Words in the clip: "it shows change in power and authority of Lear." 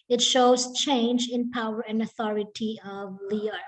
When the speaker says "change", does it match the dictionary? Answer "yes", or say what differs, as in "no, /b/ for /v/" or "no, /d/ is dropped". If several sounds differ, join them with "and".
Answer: yes